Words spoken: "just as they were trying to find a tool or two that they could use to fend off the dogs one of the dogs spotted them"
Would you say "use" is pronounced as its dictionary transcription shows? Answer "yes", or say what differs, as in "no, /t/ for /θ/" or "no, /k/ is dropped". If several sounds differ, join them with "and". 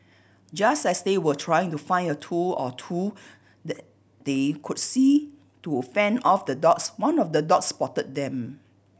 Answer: no, /s/ is dropped